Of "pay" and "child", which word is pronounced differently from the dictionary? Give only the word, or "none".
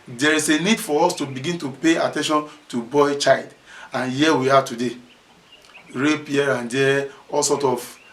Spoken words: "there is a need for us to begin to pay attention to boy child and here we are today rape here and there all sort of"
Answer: none